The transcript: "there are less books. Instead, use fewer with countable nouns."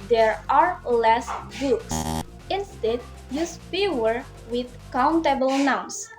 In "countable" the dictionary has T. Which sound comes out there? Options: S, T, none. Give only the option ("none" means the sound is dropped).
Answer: T